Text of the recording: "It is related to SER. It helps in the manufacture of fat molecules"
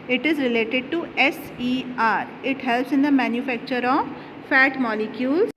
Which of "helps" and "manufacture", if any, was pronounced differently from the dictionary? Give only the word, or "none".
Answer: none